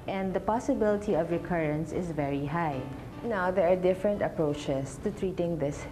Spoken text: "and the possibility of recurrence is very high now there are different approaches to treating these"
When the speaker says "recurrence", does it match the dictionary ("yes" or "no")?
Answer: yes